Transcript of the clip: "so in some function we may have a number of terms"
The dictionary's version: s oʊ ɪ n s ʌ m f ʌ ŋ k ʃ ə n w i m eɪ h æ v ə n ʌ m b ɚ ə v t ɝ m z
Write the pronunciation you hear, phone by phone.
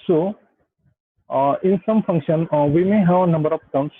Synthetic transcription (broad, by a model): s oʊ ɪ n s ʌ m f ʌ ŋ k ʃ ə n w i m eɪ h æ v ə n ʌ m b ɚ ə p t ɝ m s